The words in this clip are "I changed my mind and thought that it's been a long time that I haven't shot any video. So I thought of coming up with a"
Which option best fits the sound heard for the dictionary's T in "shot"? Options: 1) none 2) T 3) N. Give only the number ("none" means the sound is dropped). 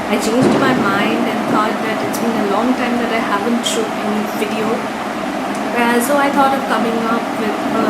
1